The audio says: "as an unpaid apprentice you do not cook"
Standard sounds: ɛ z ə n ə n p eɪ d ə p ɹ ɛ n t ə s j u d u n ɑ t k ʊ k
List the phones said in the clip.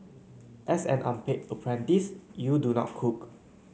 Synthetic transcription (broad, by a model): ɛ s ə n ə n p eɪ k ə p ɹ ɛ n t ə s j u d u n ɑ t k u k